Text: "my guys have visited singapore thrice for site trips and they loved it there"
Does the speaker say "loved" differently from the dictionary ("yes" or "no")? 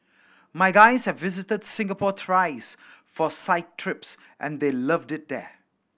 no